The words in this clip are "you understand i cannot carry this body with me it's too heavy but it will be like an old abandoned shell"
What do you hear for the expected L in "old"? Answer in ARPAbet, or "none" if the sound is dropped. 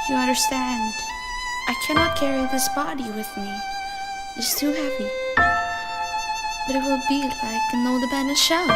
none